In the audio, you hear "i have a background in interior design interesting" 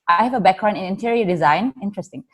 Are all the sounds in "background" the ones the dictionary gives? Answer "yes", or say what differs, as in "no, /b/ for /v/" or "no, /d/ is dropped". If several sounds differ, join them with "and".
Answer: no, /d/ is dropped